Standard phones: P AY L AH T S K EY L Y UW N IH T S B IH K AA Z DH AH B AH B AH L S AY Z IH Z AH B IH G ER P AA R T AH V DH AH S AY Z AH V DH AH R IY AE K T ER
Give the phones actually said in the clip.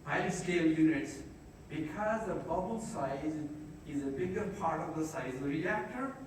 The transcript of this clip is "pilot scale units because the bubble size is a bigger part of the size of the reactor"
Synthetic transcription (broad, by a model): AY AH S K EY L Y UW N IH T S B IH K AA Z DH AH B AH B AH L S AY Z IH Z AH B IH G ER P AA R T AH V DH AH S AY Z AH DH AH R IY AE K T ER